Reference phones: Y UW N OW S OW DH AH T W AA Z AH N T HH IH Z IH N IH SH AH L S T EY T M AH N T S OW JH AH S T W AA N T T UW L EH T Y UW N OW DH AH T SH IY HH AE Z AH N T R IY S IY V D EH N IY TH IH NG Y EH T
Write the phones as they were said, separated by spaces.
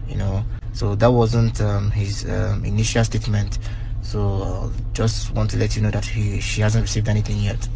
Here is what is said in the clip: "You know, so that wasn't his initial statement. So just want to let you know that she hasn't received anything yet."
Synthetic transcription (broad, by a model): Y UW N OW S OW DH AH T W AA Z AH N T HH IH Z IH N IH SH AH L S T EY T M AH N T S OW JH AH S T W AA N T T UW L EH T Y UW N OW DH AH T SH IY HH AE Z AH N T R IY S IY V D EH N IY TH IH NG Y EH T